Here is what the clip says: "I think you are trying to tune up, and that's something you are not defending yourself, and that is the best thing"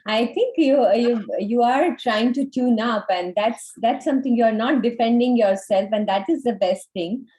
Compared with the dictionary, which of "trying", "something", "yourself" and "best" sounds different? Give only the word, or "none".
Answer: something